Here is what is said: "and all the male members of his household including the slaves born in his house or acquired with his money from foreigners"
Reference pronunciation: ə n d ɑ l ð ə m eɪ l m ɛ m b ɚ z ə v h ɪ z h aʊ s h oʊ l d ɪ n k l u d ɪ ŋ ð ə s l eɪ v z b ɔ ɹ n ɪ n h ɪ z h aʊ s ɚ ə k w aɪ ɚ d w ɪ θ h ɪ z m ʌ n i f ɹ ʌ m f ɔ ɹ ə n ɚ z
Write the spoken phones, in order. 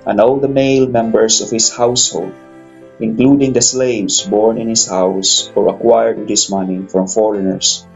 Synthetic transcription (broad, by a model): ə n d ɑ l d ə m eɪ l m ɛ m b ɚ s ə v h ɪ s h aʊ s h oʊ l d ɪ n k l u d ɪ ŋ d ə s l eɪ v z b ɔ ɹ n ɪ n h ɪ s h aʊ s ɚ ə k w aɪ ɚ d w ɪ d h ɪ s m ʌ n i f ɹ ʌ m f ɔ ɹ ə n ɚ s